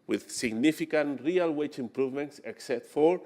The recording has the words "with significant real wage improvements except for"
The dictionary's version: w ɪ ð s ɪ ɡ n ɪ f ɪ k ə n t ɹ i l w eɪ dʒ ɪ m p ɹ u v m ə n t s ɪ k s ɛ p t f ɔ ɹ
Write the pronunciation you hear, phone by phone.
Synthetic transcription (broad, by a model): w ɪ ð s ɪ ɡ n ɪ f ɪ k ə n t ɹ i l w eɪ tʃ ɪ m p ɹ u v m ə n t s ɪ k s ɛ p t f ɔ ɹ